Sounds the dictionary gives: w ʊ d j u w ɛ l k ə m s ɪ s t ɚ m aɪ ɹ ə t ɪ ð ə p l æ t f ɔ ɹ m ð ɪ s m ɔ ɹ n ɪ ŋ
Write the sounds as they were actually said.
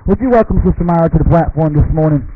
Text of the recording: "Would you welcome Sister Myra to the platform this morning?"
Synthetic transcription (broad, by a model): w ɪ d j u w ɛ l k ə m s ɪ s t ɚ m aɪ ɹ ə t ɪ ð ə p l æ t f ɔ ɹ m ð ɪ s m ɔ ɹ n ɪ ŋ